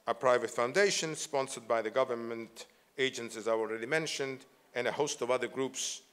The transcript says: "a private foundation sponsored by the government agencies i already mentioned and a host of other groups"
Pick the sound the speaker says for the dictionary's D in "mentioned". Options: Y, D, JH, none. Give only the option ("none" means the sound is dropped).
D